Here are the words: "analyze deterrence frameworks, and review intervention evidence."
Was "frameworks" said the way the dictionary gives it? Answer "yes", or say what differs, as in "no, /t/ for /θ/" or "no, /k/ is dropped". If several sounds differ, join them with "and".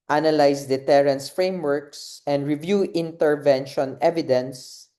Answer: yes